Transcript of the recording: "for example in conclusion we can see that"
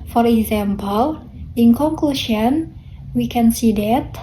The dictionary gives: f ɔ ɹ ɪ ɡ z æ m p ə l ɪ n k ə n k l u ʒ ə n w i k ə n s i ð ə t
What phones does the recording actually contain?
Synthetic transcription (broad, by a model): f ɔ ɹ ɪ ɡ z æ m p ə l ɪ n k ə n k l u ʃ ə n w i k ə n s i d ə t